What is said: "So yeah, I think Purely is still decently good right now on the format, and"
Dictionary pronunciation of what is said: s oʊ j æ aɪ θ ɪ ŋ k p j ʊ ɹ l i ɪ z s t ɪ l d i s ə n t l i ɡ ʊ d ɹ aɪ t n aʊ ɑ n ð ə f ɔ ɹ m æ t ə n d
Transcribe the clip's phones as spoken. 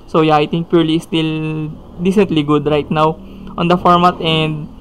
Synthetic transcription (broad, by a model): s oʊ j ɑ aɪ t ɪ ŋ k p j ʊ ɹ l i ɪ s t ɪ l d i s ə n t l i ɡ ʊ d ɹ aɪ t n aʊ ɑ n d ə f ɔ ɹ m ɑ t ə n d